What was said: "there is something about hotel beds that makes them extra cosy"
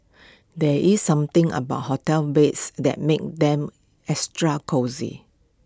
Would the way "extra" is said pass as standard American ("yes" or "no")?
no